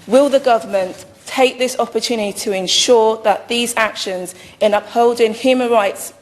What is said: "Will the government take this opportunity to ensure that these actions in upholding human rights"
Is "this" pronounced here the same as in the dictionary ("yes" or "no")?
yes